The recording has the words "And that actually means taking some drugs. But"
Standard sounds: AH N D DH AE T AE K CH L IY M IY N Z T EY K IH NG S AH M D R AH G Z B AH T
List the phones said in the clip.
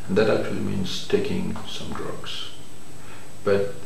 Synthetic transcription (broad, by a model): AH N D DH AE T AE K CH L IY M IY N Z T EY K IH NG S AH M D R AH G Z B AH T